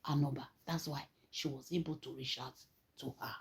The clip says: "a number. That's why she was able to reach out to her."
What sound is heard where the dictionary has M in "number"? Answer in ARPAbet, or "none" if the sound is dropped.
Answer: none